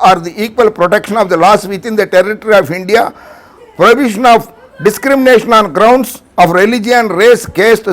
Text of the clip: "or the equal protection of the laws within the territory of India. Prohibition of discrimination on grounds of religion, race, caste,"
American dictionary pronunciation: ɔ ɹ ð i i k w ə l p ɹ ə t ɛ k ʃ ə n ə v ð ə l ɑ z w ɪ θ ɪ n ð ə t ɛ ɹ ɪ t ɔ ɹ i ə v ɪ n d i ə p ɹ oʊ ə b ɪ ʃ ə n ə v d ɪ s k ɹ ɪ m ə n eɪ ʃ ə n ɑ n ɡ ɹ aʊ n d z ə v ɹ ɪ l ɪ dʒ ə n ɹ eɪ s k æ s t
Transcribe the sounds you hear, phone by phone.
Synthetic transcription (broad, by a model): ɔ ɹ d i i k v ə l p ɹ ə t ɛ k ʃ ə n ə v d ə l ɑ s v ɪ t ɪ n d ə t ɛ ɹ ɪ t ɔ ɹ i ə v ɪ n d i ə p ɹ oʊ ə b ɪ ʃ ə n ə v d ɪ s k ɹ ɪ m ə n eɪ ʃ ə n ɑ n ɡ ɹ aʊ n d s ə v ɹ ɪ l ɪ dʒ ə n ɹ eɪ s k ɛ s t